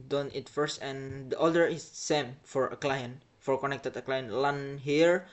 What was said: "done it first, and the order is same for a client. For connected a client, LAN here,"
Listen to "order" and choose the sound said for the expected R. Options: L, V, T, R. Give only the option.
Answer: L